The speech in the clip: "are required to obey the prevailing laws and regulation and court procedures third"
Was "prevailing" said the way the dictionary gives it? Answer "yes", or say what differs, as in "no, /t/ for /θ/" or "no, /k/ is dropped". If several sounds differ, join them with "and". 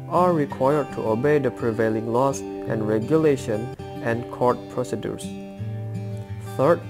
yes